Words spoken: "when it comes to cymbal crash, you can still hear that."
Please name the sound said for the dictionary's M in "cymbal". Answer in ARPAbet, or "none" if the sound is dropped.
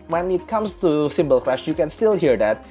M